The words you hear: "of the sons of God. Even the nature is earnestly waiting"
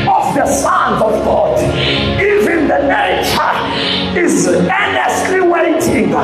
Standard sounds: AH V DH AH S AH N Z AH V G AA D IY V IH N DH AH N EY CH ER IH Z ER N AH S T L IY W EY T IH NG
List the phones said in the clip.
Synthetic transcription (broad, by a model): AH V DH AH S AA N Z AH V G AA D IY V IH N DH AH N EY CH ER IH Z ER N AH S T L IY W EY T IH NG